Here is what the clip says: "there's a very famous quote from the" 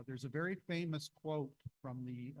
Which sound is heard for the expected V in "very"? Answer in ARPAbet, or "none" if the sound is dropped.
V